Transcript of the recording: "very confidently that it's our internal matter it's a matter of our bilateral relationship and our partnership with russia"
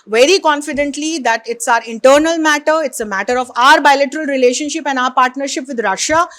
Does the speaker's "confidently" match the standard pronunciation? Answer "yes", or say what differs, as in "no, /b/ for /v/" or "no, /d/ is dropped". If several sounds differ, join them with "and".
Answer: yes